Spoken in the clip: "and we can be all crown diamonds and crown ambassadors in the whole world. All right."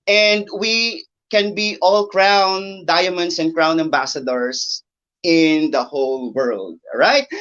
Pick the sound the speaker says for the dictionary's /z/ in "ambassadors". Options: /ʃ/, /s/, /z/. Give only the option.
/s/